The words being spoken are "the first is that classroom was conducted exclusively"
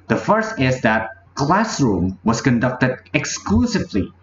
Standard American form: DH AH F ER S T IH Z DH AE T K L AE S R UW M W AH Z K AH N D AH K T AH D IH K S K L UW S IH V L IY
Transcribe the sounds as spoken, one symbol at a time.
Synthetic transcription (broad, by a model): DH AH F ER S T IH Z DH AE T K L AE S R UW M W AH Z K AH N D AH K T AH D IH K S K L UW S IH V L IY